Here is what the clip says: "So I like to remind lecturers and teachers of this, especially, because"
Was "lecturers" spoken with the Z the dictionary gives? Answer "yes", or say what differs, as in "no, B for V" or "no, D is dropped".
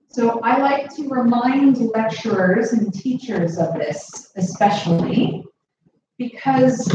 yes